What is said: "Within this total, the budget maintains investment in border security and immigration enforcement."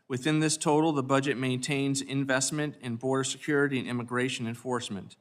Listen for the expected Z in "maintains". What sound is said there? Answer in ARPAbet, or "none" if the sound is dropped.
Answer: Z